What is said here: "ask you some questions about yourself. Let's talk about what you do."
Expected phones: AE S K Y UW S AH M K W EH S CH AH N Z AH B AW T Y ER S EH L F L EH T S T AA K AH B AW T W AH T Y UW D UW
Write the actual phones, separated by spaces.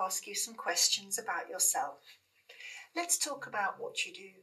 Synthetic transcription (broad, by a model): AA S K Y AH S AH M K W EH S CH AH N Z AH B AW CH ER S EH L F L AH T S T AA K AH B AW T W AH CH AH D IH